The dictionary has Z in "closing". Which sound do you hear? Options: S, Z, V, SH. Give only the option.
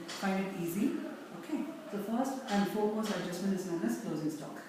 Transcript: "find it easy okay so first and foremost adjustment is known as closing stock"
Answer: Z